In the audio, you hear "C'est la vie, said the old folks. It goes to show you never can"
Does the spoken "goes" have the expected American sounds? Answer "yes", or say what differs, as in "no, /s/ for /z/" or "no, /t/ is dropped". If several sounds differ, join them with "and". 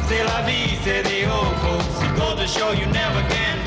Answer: no, /z/ is dropped